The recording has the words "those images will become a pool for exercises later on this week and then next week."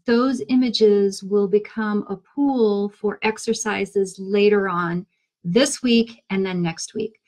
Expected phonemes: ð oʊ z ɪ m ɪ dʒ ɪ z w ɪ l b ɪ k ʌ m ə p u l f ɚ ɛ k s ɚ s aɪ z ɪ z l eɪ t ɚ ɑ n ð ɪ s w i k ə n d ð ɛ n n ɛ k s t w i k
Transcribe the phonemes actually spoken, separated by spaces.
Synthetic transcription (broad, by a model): ð oʊ z ɪ m ɪ dʒ ɪ z w ɪ l b ɪ k ʌ m ə p u l f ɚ ɛ k s ɚ s aɪ z ɪ z l eɪ t ɚ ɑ n ð ɪ s w i k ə n ð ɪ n n ɛ k s t w i k